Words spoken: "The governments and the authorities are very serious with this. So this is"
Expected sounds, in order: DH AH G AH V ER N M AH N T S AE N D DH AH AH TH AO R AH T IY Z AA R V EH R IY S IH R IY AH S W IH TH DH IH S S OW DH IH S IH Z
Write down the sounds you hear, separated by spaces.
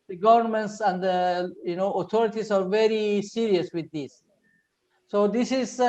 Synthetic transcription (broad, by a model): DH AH G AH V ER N M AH N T S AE N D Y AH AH T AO R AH T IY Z AA R V EH R IY S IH R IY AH S W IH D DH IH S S OW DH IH S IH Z